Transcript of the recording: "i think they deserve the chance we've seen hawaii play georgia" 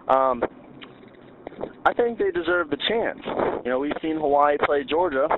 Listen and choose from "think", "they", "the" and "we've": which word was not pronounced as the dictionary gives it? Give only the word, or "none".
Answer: none